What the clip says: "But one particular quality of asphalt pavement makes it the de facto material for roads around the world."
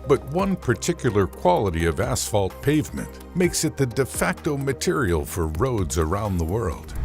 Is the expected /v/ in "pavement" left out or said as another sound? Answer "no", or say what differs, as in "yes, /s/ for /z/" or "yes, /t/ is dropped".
no